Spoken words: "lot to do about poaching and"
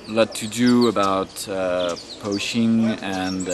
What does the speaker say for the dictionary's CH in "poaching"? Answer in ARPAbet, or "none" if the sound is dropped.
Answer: SH